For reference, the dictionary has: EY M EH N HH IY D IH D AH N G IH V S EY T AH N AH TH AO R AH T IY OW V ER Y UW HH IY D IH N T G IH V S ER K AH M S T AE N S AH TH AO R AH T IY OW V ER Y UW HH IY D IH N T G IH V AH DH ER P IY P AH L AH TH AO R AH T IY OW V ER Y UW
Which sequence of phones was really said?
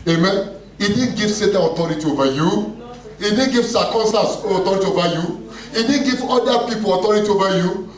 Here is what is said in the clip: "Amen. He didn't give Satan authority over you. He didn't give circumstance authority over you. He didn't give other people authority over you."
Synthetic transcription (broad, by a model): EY M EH N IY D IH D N G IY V S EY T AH AH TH AO R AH T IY OW V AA Y UW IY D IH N G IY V S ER K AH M S T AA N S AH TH AO R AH T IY OW V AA Y UW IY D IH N G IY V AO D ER P IY P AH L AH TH AO R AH T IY OW V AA Y UW